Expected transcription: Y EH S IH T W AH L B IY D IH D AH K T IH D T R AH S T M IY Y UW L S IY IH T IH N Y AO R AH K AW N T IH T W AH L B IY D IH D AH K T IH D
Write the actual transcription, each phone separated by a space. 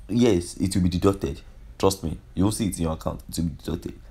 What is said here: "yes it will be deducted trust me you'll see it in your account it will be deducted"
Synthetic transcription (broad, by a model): Y EH S IH T W AH L B IY D IH D AH K T IH D T R AH S T M IY Y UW W S IY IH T IH N Y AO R AH K AW N T IH T W AH L B IY D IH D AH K T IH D